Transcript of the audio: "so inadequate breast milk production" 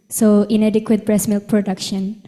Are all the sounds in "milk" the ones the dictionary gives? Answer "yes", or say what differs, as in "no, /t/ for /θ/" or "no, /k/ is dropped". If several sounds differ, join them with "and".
yes